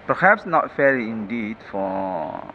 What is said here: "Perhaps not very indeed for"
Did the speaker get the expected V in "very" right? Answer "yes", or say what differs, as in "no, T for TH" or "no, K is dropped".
no, F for V